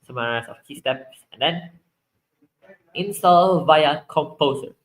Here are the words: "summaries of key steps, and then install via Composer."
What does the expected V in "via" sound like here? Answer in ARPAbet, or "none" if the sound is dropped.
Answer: V